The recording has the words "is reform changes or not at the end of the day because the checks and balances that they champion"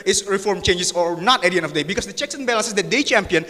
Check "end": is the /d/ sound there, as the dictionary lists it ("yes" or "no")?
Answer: no